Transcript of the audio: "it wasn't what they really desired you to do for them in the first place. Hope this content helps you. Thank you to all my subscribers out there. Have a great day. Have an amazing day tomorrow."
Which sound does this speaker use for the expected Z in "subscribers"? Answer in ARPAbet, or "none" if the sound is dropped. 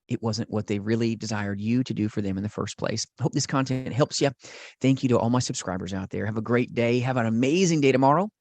Z